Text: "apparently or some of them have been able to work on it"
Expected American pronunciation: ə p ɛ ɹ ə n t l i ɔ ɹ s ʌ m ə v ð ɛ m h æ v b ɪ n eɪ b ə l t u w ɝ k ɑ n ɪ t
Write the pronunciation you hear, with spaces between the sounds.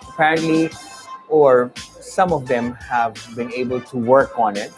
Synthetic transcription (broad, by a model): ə p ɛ ɹ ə n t l i ɔ ɹ s ʌ m ə v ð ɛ m h æ v b ɪ n eɪ b ə l t u w ɝ k ɑ n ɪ t